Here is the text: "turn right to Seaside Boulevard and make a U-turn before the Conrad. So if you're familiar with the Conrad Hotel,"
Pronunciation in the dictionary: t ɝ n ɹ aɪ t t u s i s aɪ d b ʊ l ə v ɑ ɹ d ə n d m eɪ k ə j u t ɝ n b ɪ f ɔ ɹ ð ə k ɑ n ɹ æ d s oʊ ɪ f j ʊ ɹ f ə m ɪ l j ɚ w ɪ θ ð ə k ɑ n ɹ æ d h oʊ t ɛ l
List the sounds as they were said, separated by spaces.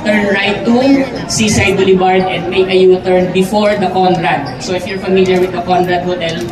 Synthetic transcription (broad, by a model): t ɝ n ɹ aɪ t t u s i s aɪ d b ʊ l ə b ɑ ɹ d ə n d m eɪ k ə j u t ɝ n b ɪ f ɔ ɹ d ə k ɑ n ɹ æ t s oʊ ɪ f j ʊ ɹ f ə m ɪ l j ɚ w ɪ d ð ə k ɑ n ɹ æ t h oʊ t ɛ l